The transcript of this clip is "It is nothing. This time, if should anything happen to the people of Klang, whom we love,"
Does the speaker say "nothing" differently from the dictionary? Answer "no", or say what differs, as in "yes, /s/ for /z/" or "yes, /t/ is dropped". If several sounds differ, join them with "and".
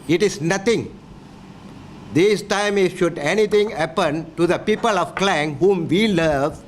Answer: yes, /t/ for /θ/